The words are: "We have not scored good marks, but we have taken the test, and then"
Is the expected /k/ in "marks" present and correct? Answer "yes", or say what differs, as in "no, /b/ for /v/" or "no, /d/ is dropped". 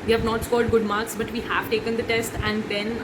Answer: yes